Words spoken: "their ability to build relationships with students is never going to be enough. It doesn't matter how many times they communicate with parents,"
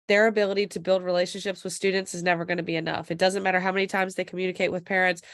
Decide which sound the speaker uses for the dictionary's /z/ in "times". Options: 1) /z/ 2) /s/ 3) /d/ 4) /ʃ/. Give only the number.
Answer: 1